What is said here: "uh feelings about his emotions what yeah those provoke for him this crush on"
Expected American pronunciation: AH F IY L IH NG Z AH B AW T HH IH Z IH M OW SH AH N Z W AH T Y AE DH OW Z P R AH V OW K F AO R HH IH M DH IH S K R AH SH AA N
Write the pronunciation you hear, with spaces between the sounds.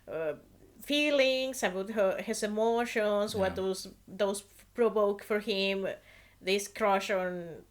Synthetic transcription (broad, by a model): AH F IY L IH NG S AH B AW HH HH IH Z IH M OW SH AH N S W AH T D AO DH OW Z P R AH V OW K F AO R HH IH M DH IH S K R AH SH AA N